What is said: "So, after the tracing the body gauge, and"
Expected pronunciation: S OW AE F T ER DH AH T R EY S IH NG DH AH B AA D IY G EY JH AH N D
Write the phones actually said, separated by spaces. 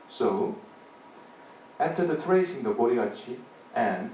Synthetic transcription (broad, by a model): S OW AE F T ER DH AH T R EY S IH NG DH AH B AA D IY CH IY AH N